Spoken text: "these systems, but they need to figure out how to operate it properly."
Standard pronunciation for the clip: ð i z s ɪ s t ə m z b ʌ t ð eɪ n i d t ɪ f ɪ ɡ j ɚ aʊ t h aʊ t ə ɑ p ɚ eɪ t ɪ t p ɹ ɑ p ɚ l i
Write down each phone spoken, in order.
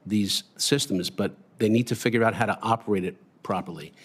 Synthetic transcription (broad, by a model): ð i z s ɪ s t ə m z b ʌ t ð eɪ n i d t ɪ f ɪ ɡ j ɚ aʊ t h aʊ t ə ɑ p ɚ eɪ t ɪ t p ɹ ɑ p ɚ l i